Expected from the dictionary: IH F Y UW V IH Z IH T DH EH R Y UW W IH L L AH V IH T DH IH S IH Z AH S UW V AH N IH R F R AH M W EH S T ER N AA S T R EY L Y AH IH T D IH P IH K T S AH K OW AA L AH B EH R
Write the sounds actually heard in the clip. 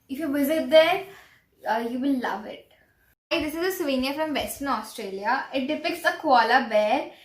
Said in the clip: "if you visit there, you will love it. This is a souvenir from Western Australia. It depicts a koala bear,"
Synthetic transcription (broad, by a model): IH F Y UW V IH Z IH T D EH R Y UW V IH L L AH V IH T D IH S IH Z AH S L V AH N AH F R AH M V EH S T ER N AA S T R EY L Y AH IH T D IH P IH K T S AH K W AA L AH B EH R